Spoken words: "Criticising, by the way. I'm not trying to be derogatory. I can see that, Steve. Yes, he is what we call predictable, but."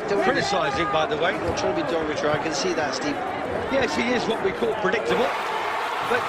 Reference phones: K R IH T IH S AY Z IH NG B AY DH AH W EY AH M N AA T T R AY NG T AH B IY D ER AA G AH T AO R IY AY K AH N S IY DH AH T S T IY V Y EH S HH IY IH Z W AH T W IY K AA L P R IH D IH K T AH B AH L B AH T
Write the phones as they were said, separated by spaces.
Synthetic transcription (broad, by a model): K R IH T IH S AY Z IH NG B AY DH AH W EY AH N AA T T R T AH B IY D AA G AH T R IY AY K AH N S IY DH AH T S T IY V Y EH S HH IY IH Z W AH T W IY K AA L P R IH D IH K T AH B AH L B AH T